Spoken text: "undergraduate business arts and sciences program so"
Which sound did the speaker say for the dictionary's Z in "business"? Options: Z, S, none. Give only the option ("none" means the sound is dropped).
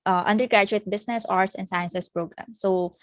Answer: S